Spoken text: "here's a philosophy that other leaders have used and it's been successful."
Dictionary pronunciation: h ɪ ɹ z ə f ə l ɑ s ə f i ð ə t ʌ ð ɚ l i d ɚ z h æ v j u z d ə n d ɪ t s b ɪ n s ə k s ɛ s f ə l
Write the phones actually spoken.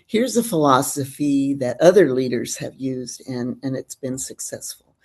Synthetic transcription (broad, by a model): h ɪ ɹ z ə f ə l ɑ s ə f i ð ə t ʌ ð ɚ l i d ɚ z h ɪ v j u z d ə n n ɪ t s b ɪ n s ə k s ɛ s f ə l